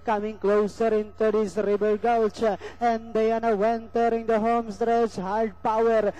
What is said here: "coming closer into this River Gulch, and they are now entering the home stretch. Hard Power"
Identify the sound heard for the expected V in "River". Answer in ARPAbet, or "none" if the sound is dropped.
B